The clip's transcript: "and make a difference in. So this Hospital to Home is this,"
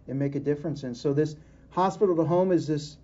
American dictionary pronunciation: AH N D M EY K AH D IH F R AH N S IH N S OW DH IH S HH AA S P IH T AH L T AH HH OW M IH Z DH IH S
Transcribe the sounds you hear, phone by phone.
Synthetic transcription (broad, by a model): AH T M EY K AH D IH F R AH N S IH N S OW DH IH S HH AA S P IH T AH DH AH HH OW M IH Z DH IH S